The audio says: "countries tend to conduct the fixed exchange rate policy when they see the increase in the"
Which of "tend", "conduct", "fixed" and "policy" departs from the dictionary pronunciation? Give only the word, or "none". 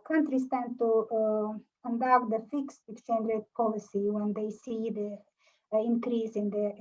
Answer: none